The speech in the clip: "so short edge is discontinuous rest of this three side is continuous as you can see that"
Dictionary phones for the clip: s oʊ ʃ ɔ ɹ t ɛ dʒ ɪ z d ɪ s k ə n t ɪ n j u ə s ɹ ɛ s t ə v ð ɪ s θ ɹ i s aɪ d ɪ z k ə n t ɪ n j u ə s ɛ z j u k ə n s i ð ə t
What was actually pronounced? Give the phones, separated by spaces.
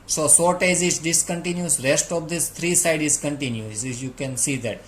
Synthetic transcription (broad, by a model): s oʊ s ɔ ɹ t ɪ z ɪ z d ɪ s k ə n t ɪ n j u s ɹ ɛ s t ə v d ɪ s t ɹ i s aɪ d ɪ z k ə n t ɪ n j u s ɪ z j u k ə n s i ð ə t